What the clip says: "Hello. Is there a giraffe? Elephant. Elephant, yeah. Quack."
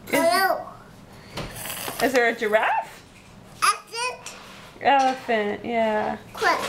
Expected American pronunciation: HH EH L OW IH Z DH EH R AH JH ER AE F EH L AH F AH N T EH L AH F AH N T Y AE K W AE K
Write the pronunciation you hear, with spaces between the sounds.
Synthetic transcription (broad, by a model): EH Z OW IH Z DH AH R AH JH ER AE F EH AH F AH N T EH L AH F AH N T Y AE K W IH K